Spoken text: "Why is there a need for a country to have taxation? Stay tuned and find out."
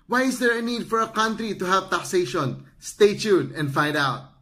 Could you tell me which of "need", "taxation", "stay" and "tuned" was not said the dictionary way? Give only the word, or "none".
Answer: tuned